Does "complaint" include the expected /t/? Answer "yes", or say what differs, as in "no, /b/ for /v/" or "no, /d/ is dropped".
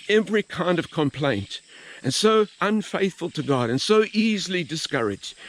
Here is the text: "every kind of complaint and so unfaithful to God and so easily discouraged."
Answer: yes